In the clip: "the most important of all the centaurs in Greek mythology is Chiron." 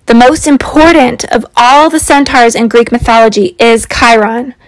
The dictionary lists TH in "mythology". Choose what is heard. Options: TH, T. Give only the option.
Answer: TH